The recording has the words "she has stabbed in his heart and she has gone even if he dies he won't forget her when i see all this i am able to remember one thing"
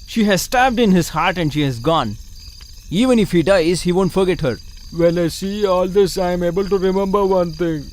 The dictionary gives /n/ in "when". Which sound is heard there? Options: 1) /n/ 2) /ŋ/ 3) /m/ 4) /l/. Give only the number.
4